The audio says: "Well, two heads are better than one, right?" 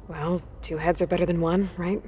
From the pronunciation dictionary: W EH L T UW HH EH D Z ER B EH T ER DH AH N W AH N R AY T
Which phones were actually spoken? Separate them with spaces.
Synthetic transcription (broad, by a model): W EH L T UW HH EH D Z ER B EH T ER DH AH N W AH N R AY T